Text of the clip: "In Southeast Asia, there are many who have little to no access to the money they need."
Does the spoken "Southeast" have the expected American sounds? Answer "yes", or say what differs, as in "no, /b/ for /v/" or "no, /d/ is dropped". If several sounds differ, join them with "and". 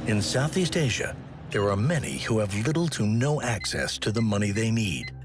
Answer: yes